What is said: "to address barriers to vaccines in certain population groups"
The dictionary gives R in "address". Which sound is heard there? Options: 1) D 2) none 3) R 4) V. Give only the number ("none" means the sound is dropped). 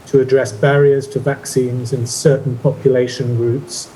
3